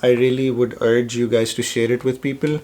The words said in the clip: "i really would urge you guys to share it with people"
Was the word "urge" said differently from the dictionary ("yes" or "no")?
no